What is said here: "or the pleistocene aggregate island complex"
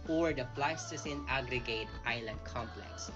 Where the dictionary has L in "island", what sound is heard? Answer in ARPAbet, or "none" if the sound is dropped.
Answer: L